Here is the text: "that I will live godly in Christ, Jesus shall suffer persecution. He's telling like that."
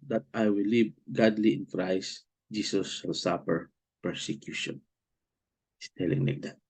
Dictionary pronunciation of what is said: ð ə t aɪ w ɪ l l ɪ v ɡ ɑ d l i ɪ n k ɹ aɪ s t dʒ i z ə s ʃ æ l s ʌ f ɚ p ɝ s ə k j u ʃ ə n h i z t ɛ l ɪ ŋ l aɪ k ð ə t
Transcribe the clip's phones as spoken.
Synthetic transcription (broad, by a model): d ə t aɪ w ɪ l l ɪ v ɡ ɑ d l i ɪ n k ɹ aɪ s t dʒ i s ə s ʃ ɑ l s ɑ p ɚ p ɝ s ə k j u ʃ ə n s t ɛ l ɪ ŋ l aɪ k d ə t